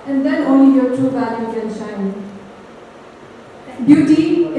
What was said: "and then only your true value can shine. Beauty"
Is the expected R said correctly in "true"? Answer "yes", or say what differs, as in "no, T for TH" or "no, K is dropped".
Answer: no, R is dropped